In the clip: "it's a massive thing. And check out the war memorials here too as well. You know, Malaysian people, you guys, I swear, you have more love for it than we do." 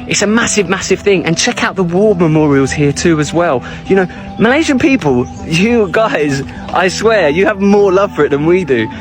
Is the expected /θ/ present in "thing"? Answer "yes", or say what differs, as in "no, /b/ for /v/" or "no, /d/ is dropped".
yes